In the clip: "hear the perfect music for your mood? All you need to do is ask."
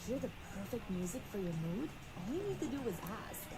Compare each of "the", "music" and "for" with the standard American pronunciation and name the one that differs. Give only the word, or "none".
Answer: none